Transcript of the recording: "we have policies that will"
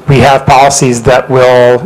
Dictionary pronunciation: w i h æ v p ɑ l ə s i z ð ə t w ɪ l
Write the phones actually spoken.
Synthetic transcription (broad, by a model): w i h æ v p ɑ l ə s i z ð ə t w ɪ l